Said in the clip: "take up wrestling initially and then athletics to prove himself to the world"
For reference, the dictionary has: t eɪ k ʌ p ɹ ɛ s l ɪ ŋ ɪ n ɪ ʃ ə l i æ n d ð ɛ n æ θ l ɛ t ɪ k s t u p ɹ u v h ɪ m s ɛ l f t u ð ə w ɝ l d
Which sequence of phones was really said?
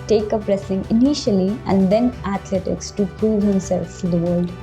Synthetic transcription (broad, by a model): t eɪ k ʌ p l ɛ s ɪ ŋ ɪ n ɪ ʃ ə l i æ n d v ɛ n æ t l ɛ t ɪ k s t u p ɹ u v h ɪ m s ɛ l f t u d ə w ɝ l d